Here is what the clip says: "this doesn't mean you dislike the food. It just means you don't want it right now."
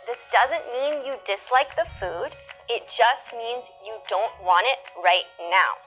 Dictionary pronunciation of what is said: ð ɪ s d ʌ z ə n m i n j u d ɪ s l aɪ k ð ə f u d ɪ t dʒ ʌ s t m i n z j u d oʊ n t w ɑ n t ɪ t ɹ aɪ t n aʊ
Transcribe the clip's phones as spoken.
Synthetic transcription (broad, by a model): ð ɪ s d ʌ z ə n m i n j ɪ d ɪ s l aɪ k ð ə f u d ɪ t dʒ ʌ s t m i n z j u d oʊ n t w ɑ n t ɪ t ɹ aɪ t n aʊ